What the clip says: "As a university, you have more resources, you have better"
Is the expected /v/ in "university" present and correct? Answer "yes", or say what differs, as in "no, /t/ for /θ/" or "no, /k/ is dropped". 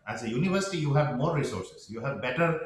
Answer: yes